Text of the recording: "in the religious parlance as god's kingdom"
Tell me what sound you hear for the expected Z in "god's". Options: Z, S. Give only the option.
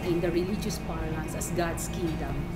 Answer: S